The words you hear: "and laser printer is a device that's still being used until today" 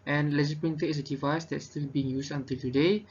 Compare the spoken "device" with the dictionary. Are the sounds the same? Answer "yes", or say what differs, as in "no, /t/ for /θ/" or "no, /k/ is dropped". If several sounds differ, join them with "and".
yes